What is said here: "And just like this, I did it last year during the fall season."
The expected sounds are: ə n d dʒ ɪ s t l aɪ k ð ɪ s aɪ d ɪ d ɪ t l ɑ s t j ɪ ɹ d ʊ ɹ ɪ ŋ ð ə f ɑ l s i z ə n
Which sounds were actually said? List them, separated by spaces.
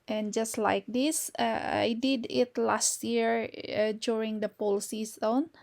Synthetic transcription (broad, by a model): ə n dʒ ɪ s t l aɪ k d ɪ s aɪ d ɪ d ɪ t l ɑ s t j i ɹ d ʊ ɹ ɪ ŋ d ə p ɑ l s i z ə n